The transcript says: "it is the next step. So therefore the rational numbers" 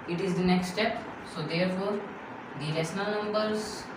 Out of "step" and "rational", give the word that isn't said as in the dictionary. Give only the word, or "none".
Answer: rational